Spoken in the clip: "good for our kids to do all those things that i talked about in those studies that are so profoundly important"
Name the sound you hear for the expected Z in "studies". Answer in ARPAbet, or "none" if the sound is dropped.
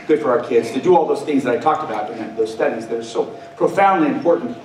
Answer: Z